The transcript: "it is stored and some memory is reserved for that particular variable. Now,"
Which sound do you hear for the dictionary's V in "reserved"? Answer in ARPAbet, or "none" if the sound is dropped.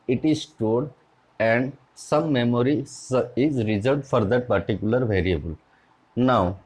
none